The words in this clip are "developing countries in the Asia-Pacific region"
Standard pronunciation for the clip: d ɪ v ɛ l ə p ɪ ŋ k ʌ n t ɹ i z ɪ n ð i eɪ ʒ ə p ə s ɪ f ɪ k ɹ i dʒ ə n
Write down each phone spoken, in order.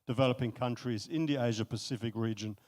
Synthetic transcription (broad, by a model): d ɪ v ɛ l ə p ɪ ŋ k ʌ n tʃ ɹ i z ɪ n ð i eɪ ʒ ə p ə s ɪ f ɪ k ɹ i dʒ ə n